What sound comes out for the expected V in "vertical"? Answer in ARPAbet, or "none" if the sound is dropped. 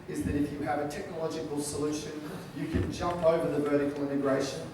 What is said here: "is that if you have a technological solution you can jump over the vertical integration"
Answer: V